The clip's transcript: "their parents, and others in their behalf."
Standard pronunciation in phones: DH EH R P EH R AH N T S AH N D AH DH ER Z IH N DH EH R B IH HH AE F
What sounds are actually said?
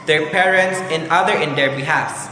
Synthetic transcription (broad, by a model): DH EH R P EH R AH N T S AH N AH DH ER IH N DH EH R B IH HH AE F